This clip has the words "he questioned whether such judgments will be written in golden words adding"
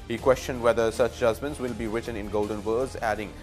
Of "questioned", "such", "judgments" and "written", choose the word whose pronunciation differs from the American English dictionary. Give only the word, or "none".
none